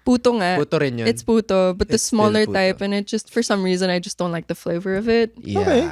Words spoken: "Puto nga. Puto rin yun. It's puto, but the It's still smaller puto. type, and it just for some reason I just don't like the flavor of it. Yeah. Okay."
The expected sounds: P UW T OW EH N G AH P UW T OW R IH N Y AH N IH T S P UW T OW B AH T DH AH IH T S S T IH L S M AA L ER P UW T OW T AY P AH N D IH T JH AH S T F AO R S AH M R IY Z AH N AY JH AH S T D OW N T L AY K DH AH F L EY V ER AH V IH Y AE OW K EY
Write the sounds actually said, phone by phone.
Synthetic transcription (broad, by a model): P UW T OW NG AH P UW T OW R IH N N IH T S P UW T OW B AH T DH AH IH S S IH S M AA L ER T T AY P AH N IH T JH AH S T F AO R S AH M R IY Z AH N AY JH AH S D OW N T L AY K DH AH F L EY V ER AH V IH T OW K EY